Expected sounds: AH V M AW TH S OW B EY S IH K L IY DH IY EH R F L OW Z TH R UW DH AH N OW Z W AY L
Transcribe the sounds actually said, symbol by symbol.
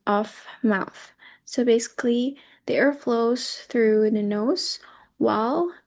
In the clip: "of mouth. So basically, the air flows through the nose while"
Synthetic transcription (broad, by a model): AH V M AW TH S OW B EY S IH K L IY DH IY EH R F L OW Z TH R UW DH AH N OW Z W AY L